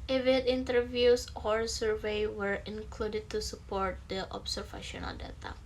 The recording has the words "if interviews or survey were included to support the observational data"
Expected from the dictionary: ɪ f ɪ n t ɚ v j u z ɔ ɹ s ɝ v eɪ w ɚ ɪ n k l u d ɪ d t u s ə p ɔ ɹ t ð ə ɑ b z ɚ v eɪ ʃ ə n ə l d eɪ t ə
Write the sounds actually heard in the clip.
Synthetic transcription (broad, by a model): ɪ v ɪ n t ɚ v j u s ɔ ɹ s ɝ v eɪ w ɚ ɪ n k l u d ɪ d t u s ə p ɔ ɹ t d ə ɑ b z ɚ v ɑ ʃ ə n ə l d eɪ t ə